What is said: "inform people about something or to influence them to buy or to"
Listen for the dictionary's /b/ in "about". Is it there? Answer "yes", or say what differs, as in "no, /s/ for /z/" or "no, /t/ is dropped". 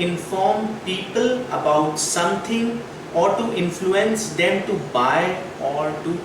yes